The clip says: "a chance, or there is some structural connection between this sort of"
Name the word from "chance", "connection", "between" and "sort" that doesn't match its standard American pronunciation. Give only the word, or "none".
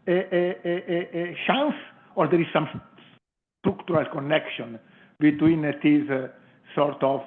chance